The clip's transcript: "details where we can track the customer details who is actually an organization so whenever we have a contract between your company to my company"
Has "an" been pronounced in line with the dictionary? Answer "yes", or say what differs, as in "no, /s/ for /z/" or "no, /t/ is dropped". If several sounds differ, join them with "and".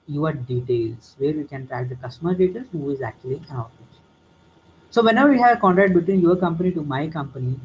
no, /l/ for /n/